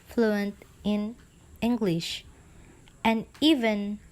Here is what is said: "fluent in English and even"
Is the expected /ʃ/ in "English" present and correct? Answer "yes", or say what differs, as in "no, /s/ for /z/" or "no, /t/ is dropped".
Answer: yes